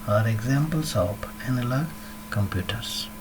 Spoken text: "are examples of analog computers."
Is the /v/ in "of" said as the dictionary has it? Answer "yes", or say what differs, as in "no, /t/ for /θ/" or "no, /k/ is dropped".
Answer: no, /p/ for /v/